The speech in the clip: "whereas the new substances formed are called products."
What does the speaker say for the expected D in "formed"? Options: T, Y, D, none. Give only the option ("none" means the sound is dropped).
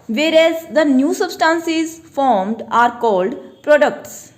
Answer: D